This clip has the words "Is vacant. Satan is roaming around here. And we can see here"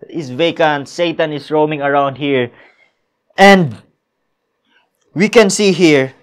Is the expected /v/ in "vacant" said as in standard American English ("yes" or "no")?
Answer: yes